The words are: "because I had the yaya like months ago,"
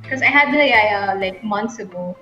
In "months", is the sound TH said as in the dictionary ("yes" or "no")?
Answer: no